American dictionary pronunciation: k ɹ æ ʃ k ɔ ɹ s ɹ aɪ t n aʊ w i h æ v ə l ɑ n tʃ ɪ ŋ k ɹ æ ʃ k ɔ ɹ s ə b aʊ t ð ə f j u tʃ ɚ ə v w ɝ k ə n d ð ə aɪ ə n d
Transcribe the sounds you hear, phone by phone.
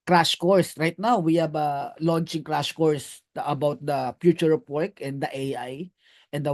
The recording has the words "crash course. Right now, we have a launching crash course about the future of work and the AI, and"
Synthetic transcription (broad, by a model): k ɹ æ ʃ k ɔ ɹ s ɹ aɪ t n aʊ w i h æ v ə l ɑ n tʃ ɪ ŋ k ɹ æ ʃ k ɔ ɹ s ə b aʊ t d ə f j u tʃ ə p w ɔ k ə n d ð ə aɪ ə n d